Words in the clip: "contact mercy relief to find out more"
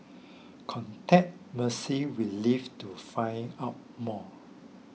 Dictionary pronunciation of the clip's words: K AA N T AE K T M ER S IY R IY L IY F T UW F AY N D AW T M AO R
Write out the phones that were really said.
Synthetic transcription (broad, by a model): K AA N T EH T M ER S IY W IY L IY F T UW F AY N AW T M AO